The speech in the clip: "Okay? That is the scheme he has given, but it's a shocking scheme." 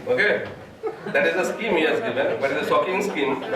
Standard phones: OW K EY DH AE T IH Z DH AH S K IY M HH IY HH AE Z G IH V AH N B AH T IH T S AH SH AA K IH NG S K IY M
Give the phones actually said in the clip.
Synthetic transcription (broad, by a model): OW K EY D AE T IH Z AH S K IY M HH IY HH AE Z G IH V AH N B AH T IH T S AH S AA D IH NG S K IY M